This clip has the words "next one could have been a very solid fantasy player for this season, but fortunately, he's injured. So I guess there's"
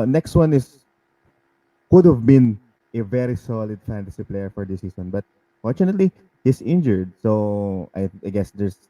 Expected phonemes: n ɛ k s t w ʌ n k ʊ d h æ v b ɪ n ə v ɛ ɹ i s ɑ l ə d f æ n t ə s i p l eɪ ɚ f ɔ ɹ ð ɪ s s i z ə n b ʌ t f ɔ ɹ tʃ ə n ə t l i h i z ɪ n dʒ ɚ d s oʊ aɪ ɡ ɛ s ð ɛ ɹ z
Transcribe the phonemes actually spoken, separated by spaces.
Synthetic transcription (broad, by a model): n ɛ k s t w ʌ n k ʊ d h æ v b ɪ n ə v ɛ ɹ i s ɑ l ə d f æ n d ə s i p l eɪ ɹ f ɔ ɹ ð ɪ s s i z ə n b ʌ t f ɔ ɹ tʃ ə n ə t l i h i s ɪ n dʒ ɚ d s oʊ aɪ ɡ ɛ s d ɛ ɹ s